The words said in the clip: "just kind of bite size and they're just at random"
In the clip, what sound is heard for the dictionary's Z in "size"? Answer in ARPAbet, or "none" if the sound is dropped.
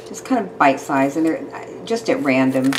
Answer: Z